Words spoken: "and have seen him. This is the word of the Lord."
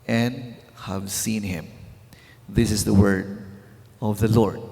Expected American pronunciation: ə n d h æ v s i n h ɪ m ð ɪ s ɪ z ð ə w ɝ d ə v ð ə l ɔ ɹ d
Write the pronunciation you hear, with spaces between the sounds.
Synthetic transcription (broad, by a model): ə n d h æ v s i n h ɪ m ð ɪ s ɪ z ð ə w ɝ d ə v ð ə l ɔ ɹ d